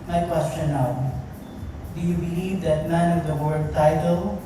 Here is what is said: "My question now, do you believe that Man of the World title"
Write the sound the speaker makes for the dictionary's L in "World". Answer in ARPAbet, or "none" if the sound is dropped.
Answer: none